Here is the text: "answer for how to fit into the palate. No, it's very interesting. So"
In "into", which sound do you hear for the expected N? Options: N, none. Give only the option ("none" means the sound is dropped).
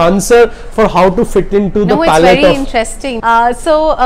N